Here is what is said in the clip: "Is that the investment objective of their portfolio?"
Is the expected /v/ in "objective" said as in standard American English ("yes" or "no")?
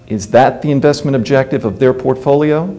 yes